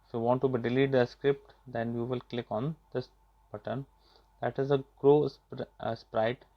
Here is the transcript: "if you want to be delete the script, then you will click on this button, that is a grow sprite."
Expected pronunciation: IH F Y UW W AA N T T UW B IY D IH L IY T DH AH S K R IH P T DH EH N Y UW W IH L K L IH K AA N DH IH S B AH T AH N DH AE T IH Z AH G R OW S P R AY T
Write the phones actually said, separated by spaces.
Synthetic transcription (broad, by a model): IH F Y UW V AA N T T UW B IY D IH L IY T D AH S K R IH P T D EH N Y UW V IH L K L IH K AA N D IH S B AH T AH N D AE T IH Z AH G R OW S P R AY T